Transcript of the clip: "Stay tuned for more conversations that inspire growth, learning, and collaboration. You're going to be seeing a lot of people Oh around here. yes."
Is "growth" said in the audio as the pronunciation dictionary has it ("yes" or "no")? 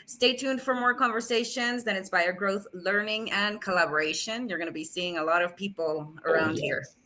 yes